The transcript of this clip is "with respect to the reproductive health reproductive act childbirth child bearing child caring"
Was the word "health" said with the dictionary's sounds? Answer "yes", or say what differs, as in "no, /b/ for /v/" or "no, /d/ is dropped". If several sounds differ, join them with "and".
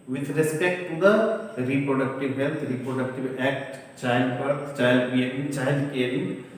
no, /t/ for /θ/